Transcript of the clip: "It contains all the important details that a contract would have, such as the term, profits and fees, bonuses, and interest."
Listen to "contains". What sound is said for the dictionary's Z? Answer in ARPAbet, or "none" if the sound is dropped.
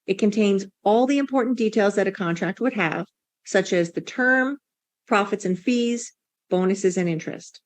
Z